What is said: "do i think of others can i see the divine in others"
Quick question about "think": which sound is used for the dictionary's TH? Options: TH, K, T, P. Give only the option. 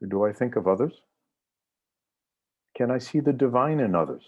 TH